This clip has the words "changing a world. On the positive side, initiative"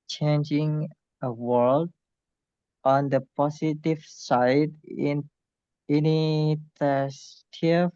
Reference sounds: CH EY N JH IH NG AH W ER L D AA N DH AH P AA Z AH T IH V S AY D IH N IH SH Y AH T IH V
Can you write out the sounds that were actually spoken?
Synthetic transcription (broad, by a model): CH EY N JH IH NG AH W ER L D AA N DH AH P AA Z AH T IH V S AY D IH N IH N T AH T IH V